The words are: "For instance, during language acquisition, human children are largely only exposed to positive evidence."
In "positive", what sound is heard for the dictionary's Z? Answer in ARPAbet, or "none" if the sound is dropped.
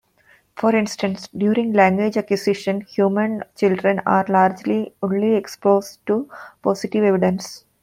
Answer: S